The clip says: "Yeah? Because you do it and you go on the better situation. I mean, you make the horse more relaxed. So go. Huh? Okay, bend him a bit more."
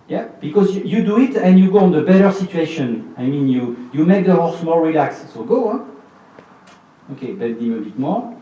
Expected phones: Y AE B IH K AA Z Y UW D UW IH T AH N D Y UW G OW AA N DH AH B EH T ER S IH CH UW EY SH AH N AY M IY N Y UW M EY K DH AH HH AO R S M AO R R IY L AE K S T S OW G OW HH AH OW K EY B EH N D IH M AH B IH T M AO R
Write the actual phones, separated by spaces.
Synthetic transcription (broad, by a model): Y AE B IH K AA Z Y UW D UW IH T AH N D Y UW G OW AA N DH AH B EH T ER S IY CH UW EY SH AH N AY M IY N Y UW M EY K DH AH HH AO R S M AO L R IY L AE K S S OW G OW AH OW K EY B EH D IH M AH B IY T M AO